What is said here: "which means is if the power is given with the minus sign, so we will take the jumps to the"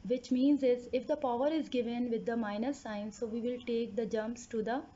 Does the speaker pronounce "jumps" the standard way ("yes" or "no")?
yes